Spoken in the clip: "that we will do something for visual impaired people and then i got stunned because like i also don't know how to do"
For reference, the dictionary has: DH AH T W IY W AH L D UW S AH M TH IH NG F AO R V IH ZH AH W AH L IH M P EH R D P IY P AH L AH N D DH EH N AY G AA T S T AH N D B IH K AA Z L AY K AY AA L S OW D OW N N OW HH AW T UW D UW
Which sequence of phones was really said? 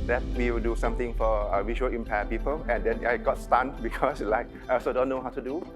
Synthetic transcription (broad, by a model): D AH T W IY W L D UW S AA M T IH NG F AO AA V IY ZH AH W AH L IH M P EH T P IY P AH L AH N D EH N AY G AA T S T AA N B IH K AA S L AY K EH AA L S OW D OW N N OW HH AW T UW D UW